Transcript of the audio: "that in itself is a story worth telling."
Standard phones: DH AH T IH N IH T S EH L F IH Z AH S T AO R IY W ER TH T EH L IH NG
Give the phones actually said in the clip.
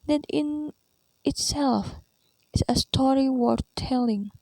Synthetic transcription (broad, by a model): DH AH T IH N IH T S EH L F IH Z AH S T AO R IY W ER T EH L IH NG